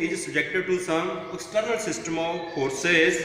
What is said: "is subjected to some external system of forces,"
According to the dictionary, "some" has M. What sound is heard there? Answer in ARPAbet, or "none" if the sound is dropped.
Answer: none